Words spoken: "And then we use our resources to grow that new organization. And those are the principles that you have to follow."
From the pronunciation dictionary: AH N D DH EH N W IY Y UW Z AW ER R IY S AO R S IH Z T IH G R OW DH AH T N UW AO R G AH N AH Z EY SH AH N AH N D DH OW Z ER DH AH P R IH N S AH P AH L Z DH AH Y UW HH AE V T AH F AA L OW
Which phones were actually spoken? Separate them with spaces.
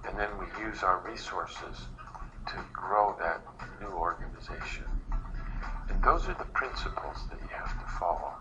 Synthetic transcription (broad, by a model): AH N DH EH N W IY Y UW Z AW ER R IY S AO R S IH Z T IH G R OW DH AH T N UW AO R G AH N AH Z EY SH AH N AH N DH OW Z ER DH AH P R IH N S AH P L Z DH AH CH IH HH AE F T AH F AA L OW